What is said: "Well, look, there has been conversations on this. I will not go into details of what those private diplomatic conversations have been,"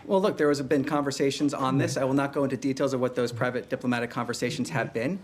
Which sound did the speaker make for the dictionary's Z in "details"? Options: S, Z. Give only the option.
Z